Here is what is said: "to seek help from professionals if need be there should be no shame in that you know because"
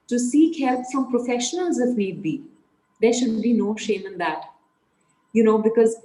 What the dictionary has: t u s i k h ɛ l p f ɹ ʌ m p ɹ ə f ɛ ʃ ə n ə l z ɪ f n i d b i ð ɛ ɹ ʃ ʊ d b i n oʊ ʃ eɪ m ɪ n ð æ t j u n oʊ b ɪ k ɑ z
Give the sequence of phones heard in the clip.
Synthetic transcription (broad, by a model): t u s i k h ɛ l p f ɹ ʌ m p ɹ ə f ɛ ʃ ə n ə l z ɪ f n i d b i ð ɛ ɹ ʃ ʊ d b i n oʊ ʃ eɪ m ɪ n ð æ t j u n oʊ b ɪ k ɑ z